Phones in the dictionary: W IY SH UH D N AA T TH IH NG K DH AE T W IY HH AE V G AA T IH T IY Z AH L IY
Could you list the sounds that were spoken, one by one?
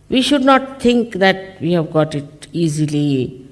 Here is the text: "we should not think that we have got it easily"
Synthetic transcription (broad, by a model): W IY SH UH D N AA T T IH NG K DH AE T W IY HH AE V G AA T IH T IY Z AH L IY